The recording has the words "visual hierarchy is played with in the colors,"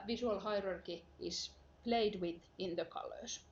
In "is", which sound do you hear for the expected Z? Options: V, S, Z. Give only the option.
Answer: S